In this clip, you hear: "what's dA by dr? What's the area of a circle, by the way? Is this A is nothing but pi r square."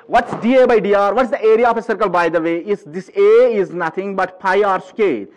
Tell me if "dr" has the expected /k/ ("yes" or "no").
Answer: no